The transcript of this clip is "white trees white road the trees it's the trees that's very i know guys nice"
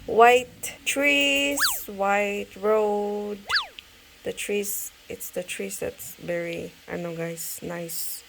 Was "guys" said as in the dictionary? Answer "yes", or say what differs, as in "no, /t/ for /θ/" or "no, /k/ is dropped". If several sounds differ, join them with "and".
no, /s/ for /z/